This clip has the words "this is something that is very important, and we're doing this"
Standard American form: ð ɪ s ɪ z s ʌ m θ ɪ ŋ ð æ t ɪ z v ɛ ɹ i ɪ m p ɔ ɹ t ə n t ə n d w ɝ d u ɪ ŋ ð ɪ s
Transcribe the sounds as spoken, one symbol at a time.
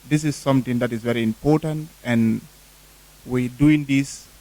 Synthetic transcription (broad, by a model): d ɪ s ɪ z s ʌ m t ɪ ŋ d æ t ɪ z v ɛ ɹ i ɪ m p ɔ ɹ t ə n t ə n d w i d u ɪ ŋ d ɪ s